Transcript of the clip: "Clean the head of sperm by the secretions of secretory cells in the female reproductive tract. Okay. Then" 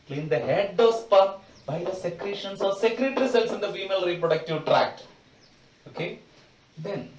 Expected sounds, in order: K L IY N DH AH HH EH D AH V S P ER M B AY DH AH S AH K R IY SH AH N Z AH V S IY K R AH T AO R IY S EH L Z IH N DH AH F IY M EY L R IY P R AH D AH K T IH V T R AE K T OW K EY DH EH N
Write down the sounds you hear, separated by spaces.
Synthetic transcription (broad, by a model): K L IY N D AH HH EH D AH V S P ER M B AY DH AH S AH K R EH SH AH N S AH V S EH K R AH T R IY S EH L S IH N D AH F IY M EY L R IY P R AH D AH K T IH V T R AE K T OW K EY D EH N